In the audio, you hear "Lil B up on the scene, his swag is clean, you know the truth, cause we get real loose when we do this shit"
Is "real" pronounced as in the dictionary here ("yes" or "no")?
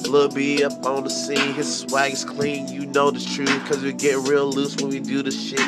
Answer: yes